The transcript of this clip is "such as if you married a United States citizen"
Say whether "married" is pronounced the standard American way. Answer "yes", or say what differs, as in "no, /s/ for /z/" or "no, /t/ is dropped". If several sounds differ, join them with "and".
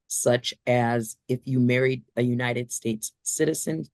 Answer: yes